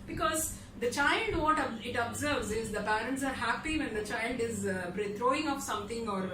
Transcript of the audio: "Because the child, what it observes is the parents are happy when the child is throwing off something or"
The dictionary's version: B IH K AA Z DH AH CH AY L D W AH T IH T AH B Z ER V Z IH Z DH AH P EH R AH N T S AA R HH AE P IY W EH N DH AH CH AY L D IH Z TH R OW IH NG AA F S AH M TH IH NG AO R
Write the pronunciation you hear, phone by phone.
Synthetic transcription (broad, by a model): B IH K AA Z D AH CH AY L D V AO T IH T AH B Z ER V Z IH Z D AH P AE R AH N T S AA R HH AE P IY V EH N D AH CH AY L D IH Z T R OW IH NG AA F S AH M T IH NG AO R